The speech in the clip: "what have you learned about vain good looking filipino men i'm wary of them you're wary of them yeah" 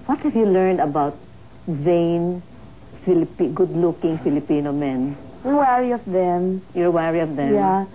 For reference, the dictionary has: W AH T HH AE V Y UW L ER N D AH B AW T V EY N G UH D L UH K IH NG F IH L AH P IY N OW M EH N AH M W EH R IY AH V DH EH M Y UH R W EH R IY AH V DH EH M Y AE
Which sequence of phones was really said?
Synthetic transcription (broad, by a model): W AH T HH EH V Y UW L ER N D AH B AW T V EY N G UH D L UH K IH NG F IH L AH P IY N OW M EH N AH W EH R IY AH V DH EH M Y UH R W EH R IY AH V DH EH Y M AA